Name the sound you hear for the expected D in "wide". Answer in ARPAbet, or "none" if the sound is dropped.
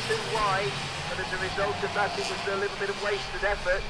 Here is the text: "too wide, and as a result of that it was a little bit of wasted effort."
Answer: none